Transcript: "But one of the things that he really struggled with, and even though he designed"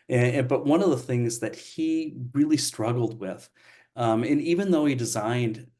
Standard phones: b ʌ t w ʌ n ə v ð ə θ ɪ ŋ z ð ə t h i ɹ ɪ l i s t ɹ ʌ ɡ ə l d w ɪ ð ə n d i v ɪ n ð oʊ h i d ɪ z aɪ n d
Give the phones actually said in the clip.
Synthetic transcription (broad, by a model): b ʌ t w ʌ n ə v ð ə θ ɪ ŋ z ð ə t h i ɹ ɪ l i s t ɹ ʌ ɡ l d w ɪ ð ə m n i v ɪ n ð oʊ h i d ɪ z aɪ n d